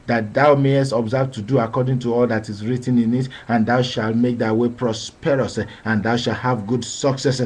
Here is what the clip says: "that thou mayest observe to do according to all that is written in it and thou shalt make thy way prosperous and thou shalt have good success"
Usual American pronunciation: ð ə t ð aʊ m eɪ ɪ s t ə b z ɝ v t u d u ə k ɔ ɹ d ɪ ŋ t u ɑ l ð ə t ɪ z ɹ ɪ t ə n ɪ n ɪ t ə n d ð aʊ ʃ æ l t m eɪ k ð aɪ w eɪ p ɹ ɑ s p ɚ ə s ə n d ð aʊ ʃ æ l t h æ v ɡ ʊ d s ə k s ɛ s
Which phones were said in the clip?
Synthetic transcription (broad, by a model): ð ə t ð aʊ m eɪ ɪ s t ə b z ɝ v t u d u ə k ɔ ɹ d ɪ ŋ t u ɑ l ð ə t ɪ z ɹ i t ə n ɪ n ɪ t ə n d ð aʊ ʃ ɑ l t m eɪ k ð aɪ w eɪ p ɹ ɑ s p ɚ ə s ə n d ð aʊ ʃ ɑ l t h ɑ v ɡ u d s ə k s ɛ s